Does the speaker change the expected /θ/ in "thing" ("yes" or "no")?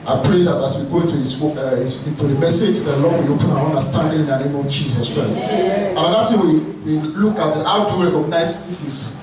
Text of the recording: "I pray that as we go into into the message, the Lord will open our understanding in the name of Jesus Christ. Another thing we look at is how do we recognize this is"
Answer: yes